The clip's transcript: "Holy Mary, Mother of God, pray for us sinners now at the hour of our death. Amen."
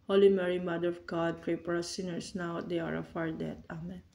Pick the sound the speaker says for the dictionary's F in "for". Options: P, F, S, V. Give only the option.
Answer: P